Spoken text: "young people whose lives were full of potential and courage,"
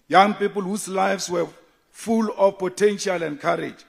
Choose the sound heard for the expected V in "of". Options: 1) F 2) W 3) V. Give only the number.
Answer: 1